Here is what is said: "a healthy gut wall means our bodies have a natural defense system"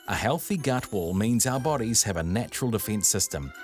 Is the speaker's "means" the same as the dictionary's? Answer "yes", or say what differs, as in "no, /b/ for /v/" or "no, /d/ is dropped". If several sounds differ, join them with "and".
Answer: yes